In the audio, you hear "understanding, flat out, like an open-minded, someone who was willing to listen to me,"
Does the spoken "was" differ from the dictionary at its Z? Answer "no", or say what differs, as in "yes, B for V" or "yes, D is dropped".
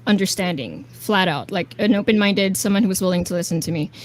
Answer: no